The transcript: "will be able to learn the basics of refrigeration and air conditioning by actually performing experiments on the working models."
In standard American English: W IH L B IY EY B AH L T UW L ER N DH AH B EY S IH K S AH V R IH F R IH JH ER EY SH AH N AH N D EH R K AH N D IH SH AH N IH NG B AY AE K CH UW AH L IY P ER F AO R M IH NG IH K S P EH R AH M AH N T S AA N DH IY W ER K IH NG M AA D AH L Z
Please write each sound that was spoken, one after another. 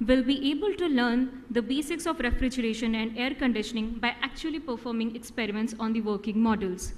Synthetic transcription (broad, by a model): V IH L B IY EY B AH L T UW L ER N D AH B EY S IH K S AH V R IH F R IH JH ER EY SH AH N AH N D EH R K AH N D IH SH AH N IH NG B AY AE K CH UW AH L IY P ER F AO R M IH NG IH K S P EH R AH M AH N T S AA N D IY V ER K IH NG M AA D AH L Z